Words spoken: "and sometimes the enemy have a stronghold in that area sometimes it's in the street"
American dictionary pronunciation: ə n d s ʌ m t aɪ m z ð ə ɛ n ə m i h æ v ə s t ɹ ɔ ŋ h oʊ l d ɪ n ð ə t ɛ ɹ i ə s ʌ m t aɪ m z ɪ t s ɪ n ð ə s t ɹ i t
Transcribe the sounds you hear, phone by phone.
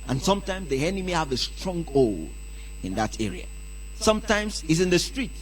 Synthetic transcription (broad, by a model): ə n s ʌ m t aɪ m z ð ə ɛ n ə m i h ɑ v ə s t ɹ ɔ ŋ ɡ oʊ l ɪ n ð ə t ɛ ɹ i ə s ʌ m t aɪ m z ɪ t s ɪ n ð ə s t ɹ i t